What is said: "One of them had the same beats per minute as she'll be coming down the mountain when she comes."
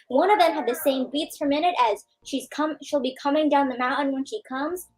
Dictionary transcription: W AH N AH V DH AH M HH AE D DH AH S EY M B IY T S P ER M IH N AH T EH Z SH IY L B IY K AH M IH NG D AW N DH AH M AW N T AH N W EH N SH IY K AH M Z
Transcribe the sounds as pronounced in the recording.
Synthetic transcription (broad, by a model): W AH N AH V DH AH M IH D DH AH S EY M B IY T S F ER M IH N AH T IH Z SH IY L B IY K AH M IH NG D AW N DH AH M AW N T N W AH N SH IY K AH M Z